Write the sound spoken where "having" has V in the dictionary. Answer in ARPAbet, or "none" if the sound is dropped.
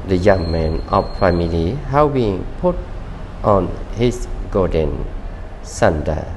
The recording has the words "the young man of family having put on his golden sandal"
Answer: B